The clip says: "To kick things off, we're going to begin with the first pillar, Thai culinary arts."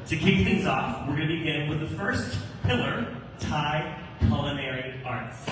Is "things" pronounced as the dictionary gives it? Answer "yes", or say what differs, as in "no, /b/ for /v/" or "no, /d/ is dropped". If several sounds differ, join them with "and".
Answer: yes